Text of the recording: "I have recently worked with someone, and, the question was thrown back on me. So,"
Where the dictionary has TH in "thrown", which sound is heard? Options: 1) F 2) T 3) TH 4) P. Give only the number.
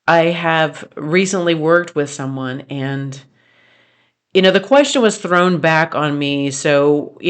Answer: 3